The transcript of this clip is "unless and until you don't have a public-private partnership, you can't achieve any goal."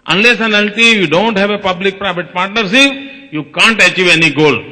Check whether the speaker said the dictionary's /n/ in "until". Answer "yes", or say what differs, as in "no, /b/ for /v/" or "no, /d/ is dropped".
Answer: no, /l/ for /n/